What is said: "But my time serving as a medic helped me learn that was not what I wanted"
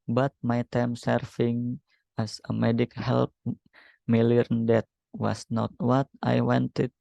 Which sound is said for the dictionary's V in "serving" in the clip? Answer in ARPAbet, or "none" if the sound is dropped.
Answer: F